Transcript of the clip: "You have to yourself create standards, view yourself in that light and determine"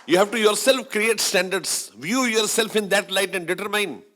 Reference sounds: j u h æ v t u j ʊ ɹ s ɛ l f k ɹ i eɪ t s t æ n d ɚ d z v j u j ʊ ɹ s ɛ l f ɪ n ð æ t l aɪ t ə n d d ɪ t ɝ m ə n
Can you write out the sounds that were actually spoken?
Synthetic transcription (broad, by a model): j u h æ v t u j ʊ ɹ s ɛ l f k ɹ i eɪ t s t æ n d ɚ d s v j u j ʊ ɹ s ɛ l f ɪ n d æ t l aɪ t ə n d d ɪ t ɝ m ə n